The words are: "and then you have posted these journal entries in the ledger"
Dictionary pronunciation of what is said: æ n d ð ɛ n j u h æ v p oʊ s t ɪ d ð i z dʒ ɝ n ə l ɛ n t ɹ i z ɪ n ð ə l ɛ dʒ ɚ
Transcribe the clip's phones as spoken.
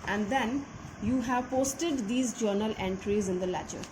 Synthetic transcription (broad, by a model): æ n d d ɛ n j u h æ v p oʊ s t ɪ d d i z dʒ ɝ n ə l ɛ n t ɹ i z ɪ n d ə l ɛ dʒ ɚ